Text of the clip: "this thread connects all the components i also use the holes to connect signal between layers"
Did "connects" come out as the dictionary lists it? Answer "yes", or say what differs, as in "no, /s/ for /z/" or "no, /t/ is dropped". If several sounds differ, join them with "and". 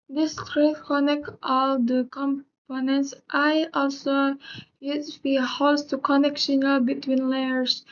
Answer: no, /s/ is dropped